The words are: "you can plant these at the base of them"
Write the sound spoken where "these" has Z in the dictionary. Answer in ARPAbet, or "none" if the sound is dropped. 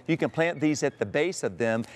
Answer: Z